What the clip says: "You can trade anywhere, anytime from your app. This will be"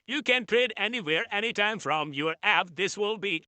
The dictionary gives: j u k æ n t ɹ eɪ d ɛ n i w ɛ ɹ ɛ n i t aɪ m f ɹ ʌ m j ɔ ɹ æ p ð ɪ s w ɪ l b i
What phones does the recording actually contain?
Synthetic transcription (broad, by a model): j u k æ n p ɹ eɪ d ɛ n i w ɛ ɹ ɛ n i t aɪ m f ɹ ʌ m j ɔ ɹ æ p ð ɪ s w ɪ l b i